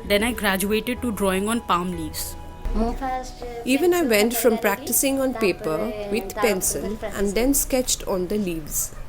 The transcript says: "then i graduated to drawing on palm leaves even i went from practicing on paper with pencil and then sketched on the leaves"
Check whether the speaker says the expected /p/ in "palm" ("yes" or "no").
yes